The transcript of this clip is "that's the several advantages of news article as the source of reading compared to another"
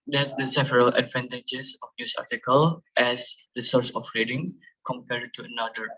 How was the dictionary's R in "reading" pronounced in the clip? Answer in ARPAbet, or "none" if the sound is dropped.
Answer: R